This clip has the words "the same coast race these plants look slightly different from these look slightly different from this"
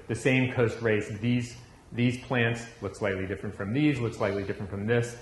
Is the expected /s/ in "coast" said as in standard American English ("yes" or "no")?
yes